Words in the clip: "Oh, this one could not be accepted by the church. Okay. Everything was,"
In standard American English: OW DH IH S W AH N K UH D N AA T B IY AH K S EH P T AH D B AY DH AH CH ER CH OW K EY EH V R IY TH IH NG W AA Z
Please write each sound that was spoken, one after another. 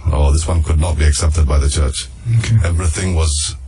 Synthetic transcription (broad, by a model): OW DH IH S W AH N K UH D N AA T B IY AH K S EH P T AH D B AY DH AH CH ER CH OW K EY EH V R IY TH IH NG W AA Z